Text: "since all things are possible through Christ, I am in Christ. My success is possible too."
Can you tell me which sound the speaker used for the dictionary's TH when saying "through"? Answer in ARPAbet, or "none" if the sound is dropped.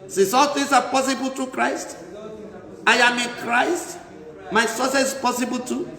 T